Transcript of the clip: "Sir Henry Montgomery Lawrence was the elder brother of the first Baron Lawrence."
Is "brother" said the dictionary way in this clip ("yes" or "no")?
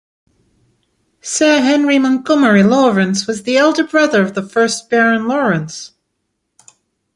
yes